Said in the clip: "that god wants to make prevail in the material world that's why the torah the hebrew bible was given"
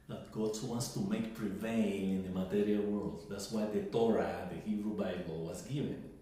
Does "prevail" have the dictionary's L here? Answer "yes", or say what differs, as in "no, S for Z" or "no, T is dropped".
no, N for L